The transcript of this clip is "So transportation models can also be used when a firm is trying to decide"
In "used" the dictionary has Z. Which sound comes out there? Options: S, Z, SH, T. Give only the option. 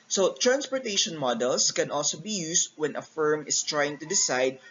S